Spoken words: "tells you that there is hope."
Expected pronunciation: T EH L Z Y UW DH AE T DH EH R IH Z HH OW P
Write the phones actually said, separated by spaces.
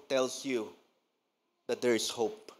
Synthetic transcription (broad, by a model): T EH L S Y UW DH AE T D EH R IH S HH OW P